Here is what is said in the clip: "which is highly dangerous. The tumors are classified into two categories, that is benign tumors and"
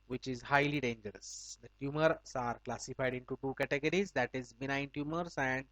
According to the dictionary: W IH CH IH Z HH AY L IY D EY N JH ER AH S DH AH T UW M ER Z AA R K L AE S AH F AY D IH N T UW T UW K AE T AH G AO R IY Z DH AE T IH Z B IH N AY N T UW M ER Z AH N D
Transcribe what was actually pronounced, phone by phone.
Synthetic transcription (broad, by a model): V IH CH IH Z HH AY L IY D EY N JH ER AH S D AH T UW M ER S AA R K L AE S AH F AY D IH N T UW T UW K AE T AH G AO R IY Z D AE T IH Z B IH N AY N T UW M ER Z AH N D